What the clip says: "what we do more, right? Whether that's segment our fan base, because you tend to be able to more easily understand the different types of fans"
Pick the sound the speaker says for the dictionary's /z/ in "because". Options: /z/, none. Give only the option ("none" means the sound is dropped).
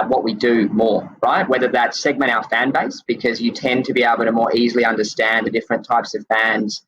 /z/